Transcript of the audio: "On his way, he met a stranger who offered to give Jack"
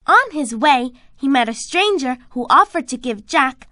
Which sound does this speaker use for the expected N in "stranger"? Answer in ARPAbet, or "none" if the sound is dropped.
N